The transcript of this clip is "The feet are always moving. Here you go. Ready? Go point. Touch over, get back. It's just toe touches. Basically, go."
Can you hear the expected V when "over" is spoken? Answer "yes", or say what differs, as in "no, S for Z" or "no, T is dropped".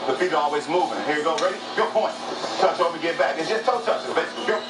no, V is dropped